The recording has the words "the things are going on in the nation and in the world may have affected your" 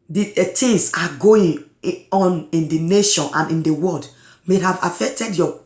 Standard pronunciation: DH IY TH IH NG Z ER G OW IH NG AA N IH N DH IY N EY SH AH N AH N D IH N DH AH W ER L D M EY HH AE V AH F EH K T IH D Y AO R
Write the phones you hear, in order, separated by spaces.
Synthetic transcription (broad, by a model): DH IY T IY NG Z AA G OW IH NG AA N IH N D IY N EY SH AH N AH N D IH N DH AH W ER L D M EY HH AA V AH F EH K T IH D Y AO